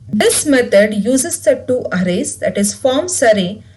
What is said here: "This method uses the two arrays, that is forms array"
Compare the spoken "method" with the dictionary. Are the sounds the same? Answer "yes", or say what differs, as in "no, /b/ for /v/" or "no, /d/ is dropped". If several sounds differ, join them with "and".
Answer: no, /t/ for /θ/